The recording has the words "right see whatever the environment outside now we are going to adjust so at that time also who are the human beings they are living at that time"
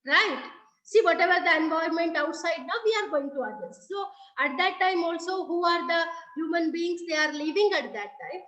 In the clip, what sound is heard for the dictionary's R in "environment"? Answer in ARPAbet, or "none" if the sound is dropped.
none